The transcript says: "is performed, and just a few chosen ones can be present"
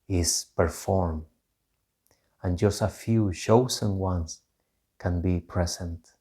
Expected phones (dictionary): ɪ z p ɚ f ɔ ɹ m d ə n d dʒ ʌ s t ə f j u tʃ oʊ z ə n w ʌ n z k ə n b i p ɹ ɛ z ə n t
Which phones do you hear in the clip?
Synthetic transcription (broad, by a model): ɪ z p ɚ f ɔ ɹ m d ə n dʒ ʌ s t ə f j u ʃ oʊ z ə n w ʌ n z k ə n b i p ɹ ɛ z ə n t